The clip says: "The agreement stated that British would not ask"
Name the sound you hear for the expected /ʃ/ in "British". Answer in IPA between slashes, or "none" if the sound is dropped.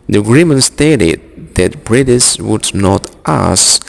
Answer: /s/